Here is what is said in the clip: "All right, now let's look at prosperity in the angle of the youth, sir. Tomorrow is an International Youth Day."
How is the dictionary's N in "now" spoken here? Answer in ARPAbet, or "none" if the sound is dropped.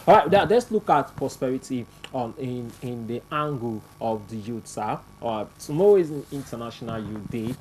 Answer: L